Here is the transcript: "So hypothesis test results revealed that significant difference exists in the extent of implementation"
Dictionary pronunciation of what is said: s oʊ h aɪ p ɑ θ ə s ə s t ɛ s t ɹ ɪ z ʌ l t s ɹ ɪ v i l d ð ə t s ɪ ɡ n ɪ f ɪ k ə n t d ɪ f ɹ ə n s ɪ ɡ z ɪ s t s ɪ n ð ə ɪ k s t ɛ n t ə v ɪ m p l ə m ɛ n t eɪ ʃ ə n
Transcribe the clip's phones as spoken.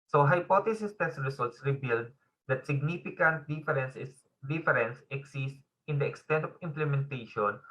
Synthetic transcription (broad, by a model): s oʊ h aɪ p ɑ t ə s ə s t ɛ s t ɹ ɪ s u l t s ɹ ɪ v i l d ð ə t s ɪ ɡ n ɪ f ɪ k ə n t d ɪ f ɹ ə n s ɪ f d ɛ s s s ɪ n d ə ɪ k s t ɛ n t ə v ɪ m p l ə m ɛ n t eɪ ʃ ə n